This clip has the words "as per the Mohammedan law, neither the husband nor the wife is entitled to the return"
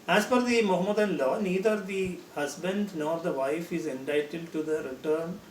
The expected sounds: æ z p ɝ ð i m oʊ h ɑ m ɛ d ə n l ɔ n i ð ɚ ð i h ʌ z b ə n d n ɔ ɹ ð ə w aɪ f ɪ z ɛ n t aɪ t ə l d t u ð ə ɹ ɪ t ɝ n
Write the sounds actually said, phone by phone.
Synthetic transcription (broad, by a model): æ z f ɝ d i m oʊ h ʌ m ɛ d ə n l ɔ n i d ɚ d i h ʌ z b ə n d n ɔ ɹ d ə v aɪ f ɪ z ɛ n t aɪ t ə d t u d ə ɹ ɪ t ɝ n